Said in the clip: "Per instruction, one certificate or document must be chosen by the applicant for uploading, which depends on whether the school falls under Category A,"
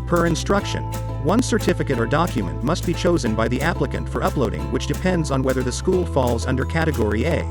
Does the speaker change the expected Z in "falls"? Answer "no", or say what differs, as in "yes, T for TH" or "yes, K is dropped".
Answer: no